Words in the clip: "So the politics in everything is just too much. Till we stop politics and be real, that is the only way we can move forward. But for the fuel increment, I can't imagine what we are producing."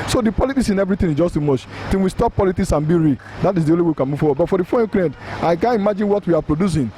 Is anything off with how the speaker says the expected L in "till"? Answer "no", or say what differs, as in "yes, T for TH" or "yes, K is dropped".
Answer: yes, N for L